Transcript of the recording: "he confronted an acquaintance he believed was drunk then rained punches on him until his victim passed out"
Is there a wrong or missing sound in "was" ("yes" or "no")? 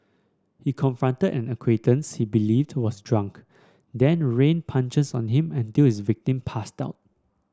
yes